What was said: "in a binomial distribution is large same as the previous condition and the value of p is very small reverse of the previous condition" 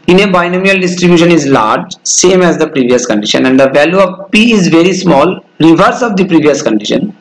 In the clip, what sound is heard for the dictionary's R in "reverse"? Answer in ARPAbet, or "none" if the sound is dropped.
R